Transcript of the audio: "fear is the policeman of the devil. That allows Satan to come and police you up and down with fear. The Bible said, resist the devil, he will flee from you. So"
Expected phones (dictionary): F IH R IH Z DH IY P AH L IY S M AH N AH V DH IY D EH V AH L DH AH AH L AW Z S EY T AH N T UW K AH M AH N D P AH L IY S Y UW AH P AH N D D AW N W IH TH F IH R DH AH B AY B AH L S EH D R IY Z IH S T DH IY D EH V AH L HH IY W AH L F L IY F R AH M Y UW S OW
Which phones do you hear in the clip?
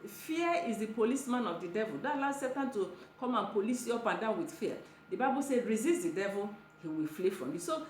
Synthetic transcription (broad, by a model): F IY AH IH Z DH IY P AH L IY S M AH N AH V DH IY D EH V AH L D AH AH L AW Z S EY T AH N T UW K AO M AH N P AH L IY S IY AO P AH N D D AW N W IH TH F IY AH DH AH B AY B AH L S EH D R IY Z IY S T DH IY D EH V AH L HH IY W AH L F L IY F R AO M Y UW S OW